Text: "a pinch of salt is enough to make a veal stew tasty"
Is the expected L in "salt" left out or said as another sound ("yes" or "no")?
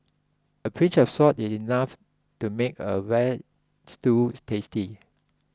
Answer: yes